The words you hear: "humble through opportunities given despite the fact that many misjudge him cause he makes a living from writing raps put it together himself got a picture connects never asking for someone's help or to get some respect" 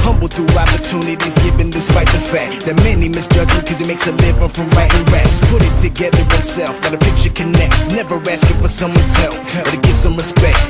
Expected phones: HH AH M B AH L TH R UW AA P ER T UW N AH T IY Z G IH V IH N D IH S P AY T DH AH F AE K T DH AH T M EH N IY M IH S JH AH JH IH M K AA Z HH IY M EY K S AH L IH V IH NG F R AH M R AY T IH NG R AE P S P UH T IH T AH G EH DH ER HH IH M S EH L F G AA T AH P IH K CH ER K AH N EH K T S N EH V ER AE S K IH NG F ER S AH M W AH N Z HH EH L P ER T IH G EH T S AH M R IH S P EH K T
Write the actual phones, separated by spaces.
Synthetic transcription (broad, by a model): HH AH M B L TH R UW AA P ER T UW N AH T IY Z G IH V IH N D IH S P AY T DH AH F AE K T DH AH T M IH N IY M IH S JH AH JH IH K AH Z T M EY K S AH L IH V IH F R AH M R AY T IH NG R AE S P UH T IH T AH G EH DH ER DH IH S EH L F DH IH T AH P IH K CH ER K AH N EH K T S N EH V ER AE S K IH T F ER S AH M W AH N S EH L F ER T IH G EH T S AH M R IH S P EH K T